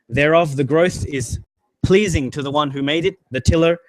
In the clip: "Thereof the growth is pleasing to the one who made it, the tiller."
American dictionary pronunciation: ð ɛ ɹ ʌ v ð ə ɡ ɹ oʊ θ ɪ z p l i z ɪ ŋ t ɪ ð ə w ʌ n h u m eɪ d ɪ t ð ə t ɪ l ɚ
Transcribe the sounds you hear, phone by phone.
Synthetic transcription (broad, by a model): ð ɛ ɹ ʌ v ð ə ɡ ɹ oʊ θ ɪ z p l i z ɪ ŋ t ɪ ð ə w ʌ n h u m eɪ d ɪ t ð ə t ɪ l ɚ